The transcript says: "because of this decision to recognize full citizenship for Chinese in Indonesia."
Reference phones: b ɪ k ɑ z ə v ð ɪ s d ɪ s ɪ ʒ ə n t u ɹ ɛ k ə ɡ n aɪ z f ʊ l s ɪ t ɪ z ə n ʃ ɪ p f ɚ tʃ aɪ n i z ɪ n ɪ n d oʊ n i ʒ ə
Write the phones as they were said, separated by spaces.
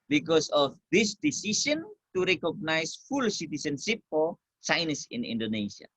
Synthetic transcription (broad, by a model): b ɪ k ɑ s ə f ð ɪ s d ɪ s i s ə n t u ɹ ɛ k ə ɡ n aɪ s f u l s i t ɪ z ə n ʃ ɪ p f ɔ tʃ aɪ n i s ɪ n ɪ n d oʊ n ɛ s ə